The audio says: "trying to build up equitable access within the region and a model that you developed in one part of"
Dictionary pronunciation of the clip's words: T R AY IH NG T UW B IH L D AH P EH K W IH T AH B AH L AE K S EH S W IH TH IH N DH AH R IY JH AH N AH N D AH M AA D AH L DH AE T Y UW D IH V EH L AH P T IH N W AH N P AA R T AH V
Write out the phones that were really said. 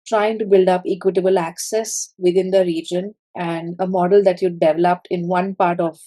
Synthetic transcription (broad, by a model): T R AY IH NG T UW B IH L D AH P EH K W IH T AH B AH L AE K S EH S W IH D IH N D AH R IY JH AH N AH N D AH M AA D AH L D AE T Y UW D IH V EH L AH P T IH N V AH N P AA R T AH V